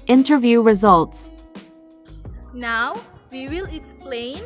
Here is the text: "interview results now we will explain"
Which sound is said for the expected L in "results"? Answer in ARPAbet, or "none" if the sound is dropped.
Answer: L